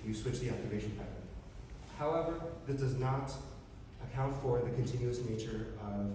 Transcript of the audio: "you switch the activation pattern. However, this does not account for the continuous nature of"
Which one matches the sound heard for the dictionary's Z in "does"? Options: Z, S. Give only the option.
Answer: Z